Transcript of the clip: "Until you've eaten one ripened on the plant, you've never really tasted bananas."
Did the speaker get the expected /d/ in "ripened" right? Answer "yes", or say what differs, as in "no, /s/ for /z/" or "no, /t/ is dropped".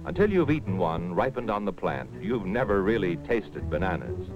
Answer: yes